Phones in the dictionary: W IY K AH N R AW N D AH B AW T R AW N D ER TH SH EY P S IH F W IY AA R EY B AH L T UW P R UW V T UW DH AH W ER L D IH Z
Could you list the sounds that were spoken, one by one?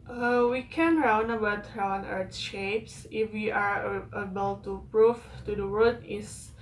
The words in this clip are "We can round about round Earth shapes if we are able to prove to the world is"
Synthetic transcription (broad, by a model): W IY K AH N R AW N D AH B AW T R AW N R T SH EY P S IH F W IY AA R EY B AH L T UW P R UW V T UW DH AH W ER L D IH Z